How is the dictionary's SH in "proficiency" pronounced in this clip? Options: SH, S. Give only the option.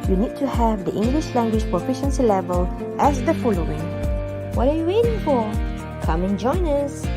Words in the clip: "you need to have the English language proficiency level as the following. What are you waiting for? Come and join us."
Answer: SH